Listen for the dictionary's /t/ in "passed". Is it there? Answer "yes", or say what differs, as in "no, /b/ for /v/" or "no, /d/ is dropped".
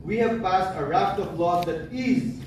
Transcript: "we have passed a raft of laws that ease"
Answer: yes